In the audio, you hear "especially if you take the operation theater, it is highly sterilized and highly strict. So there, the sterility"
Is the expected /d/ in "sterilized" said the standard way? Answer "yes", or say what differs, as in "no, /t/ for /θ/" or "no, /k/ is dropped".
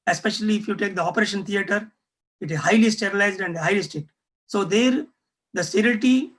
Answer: yes